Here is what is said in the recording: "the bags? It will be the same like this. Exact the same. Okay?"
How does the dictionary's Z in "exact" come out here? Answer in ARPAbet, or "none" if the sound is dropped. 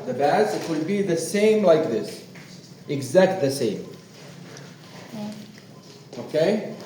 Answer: Z